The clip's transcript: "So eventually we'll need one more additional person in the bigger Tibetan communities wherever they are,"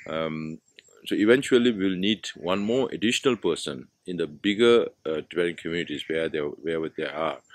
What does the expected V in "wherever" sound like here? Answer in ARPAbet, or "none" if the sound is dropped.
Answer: W